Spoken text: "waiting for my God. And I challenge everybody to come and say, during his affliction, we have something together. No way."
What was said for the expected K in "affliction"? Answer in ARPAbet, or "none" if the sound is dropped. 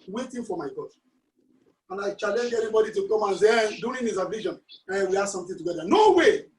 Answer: none